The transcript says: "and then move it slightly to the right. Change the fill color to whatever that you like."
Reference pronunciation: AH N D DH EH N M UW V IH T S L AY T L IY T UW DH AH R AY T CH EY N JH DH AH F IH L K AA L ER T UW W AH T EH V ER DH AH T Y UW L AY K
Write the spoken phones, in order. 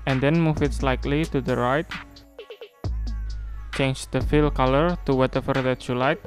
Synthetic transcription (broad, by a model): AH N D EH N M UW F IH T S L AY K L IY T UW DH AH R AY T CH EY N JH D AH F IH L K AA L ER T UW W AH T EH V ER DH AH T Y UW L AY K